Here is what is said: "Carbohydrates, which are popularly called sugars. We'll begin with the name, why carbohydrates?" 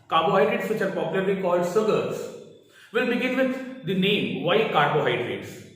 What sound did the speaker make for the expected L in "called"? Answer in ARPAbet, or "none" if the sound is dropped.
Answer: L